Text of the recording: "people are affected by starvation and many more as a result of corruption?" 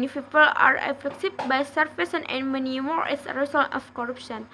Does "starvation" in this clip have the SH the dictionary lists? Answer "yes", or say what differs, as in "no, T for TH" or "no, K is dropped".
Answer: no, S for SH